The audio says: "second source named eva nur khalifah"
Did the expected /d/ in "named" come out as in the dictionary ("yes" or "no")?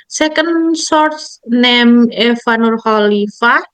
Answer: no